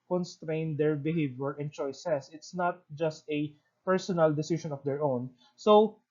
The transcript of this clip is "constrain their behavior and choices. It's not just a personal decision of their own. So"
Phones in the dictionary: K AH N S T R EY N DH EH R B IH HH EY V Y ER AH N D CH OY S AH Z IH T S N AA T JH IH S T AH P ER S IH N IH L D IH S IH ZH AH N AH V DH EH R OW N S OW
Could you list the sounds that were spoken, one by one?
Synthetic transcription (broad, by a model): K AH N S T R EY N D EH R B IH HH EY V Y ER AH N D CH OY S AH S IH T S N AA T JH IH S T AH P ER S IH N IH L D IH S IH SH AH N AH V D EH R OW N S OW